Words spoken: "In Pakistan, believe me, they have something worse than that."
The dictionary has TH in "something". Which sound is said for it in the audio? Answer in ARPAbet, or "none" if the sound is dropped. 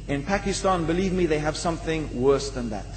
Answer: TH